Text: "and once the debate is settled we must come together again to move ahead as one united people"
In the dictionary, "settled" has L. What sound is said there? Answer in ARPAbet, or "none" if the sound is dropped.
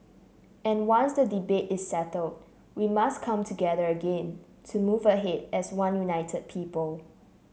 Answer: L